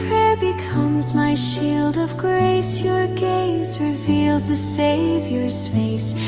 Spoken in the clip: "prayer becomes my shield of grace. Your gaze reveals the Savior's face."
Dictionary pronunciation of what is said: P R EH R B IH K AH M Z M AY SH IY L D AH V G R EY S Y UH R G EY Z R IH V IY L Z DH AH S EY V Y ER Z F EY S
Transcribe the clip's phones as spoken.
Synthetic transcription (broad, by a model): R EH R B IH K AH M Z M AY SH IY L D AH V G R EY S Y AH R G EY Z R IH V IY L Z DH AH S EY V Y ER Z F EY S